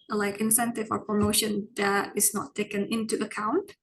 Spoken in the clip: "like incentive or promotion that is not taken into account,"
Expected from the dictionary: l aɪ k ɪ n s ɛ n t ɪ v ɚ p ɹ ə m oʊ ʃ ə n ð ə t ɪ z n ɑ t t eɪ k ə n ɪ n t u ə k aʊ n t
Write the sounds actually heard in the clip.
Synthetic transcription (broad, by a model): l aɪ k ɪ n s ɛ n t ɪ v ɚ p ɹ ə m oʊ ʃ ə n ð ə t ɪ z n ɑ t t eɪ k ə n ɪ n t u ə k aʊ n t